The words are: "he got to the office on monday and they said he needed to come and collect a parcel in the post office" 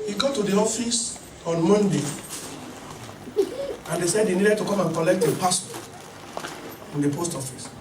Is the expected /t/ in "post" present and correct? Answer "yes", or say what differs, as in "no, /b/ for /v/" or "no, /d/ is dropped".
yes